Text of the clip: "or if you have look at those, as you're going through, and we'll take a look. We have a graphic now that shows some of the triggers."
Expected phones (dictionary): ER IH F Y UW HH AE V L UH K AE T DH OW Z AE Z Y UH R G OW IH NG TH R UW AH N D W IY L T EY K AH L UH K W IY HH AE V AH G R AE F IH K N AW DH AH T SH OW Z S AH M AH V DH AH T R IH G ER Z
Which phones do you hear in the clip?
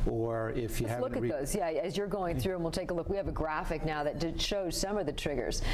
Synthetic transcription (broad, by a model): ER IH F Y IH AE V L UH K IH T DH OW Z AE Z Y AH R G OW IH NG TH R UW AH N W IY L T EY K AH L UH K W IY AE V AH G R AE F IH K N AW DH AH T SH OW Z S AH M AH V DH AH T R IH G ER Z